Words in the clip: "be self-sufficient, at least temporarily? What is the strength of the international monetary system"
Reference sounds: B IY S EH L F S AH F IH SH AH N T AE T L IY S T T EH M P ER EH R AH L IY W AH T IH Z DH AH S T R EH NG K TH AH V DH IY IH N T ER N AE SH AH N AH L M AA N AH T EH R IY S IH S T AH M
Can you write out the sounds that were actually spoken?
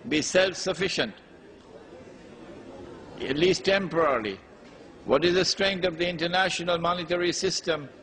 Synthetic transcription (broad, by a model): B IY S EH L F S AH F IH SH AH N T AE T L IY S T T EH M P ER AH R L IY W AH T IH Z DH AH S T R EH NG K T AH V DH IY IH N T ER N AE SH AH N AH L M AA N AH T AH R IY S IH S T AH M